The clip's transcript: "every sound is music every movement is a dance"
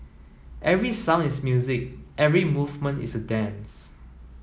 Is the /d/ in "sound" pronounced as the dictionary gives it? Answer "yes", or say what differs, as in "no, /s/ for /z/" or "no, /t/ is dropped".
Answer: no, /d/ is dropped